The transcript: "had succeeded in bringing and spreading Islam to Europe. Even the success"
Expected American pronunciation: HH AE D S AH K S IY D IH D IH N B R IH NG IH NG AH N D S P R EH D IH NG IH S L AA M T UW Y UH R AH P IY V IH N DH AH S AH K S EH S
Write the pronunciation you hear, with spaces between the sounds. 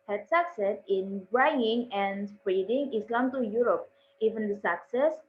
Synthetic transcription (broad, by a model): HH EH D S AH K S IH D IH N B AA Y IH NG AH N S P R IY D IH NG IH S L AA M T UW Y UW R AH P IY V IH N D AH S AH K S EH S